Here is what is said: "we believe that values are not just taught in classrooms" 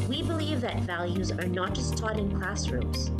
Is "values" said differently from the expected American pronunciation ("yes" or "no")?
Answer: no